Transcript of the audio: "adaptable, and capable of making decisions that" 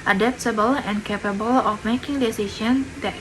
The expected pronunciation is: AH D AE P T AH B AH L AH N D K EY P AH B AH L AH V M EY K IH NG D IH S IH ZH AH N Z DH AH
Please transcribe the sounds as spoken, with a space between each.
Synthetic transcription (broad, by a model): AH D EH P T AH B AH L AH N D K EY P AH B AH L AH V M EY K IH NG D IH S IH SH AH N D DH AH